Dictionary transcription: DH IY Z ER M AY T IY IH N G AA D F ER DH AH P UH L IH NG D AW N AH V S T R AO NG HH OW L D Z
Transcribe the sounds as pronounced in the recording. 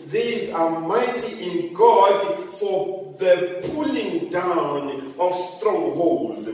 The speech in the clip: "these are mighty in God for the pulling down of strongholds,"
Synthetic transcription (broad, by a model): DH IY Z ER M AY T IY IH N G AA D F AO DH AH P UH L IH NG D AW N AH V S T R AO NG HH OW L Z